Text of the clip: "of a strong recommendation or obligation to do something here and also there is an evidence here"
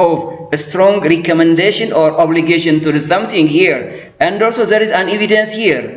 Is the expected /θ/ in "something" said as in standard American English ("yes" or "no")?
no